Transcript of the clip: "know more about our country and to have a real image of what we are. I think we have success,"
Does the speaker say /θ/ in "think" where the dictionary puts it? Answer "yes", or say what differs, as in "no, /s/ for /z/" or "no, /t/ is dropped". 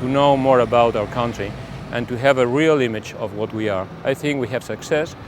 yes